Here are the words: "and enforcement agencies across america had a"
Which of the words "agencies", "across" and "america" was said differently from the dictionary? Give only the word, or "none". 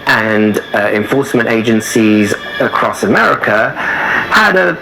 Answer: none